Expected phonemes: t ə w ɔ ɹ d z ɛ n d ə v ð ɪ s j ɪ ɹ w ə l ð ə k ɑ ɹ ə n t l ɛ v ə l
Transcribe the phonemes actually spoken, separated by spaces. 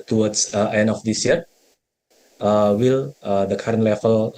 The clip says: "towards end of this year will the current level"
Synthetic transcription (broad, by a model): t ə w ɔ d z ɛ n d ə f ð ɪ s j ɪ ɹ w ə l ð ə k ɑ ɹ ə n t l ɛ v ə l